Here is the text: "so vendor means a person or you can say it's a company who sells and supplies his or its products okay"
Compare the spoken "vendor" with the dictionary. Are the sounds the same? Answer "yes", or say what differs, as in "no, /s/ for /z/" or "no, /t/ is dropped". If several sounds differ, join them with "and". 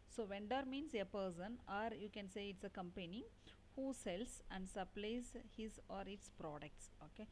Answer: yes